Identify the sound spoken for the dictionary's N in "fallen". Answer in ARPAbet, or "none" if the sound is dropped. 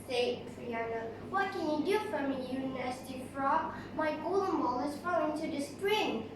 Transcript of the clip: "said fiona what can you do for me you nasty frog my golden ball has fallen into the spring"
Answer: none